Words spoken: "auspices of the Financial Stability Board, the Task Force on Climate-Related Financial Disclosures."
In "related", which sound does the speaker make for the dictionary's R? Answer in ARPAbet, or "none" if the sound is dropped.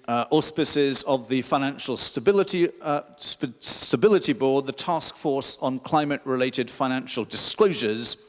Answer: R